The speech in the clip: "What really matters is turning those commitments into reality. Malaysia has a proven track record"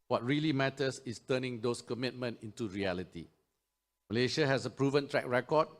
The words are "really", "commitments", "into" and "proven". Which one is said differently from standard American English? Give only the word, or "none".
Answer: commitments